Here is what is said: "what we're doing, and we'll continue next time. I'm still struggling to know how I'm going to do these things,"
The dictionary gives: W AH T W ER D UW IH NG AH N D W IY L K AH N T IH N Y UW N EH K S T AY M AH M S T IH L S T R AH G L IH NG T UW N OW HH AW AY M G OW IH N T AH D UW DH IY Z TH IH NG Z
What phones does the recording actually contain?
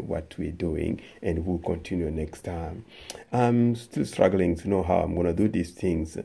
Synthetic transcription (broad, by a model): W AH T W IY D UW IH NG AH N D W IY L K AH N T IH N Y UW N EH K S T AY M AH M S T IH L S T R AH G L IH NG T UW N OW HH AW AY M G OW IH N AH D UW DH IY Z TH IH NG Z